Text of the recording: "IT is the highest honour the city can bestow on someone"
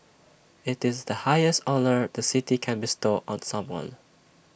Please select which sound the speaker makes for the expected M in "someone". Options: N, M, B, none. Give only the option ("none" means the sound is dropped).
M